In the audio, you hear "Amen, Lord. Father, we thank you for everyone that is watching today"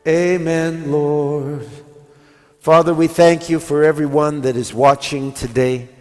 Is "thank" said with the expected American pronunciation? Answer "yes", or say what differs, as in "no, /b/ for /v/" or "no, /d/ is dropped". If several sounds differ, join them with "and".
yes